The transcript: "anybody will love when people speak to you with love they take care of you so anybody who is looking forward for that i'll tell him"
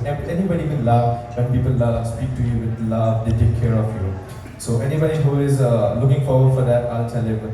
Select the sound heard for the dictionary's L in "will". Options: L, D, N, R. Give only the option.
N